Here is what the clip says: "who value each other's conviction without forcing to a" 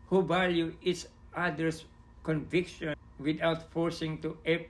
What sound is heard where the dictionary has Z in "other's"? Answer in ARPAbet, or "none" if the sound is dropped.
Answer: S